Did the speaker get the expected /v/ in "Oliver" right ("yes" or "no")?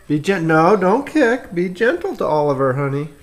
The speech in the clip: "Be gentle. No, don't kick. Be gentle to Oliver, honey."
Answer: yes